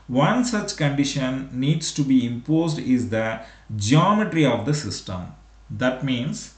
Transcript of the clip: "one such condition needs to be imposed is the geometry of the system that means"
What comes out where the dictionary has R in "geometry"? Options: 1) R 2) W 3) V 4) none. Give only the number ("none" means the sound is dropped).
1